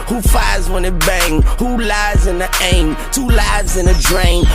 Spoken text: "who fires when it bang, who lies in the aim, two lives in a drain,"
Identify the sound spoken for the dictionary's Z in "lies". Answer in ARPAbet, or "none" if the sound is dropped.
Z